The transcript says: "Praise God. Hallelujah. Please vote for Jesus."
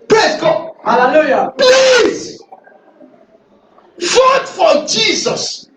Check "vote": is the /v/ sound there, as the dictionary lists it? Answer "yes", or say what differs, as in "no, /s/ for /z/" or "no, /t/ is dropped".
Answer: no, /f/ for /v/